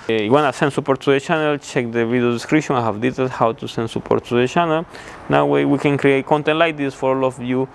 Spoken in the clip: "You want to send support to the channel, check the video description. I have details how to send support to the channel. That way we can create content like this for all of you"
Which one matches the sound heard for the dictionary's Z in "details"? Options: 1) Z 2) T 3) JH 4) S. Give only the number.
4